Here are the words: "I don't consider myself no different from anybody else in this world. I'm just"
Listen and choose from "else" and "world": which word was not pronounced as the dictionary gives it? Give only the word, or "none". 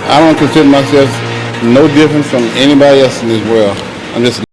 world